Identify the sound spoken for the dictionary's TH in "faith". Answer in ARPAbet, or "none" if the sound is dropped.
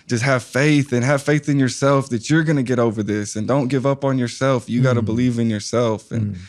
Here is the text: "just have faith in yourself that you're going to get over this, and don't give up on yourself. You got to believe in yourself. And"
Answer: TH